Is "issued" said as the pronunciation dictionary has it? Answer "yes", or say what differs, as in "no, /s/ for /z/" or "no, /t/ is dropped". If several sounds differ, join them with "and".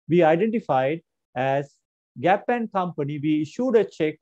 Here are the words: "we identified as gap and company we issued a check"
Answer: yes